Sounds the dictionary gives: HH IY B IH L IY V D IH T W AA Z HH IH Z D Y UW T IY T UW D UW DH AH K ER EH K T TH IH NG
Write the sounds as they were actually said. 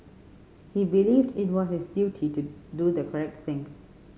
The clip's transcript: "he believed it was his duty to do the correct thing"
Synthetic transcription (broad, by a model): HH IY B IH L IY V D IH T W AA S HH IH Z D Y UW T IY T UW D UW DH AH K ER EH K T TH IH NG